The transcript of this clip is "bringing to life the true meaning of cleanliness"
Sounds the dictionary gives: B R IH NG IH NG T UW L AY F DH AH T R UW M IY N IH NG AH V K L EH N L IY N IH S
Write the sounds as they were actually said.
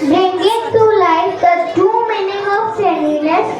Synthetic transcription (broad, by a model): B R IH NG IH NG T UW L AY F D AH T UW M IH N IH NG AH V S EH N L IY N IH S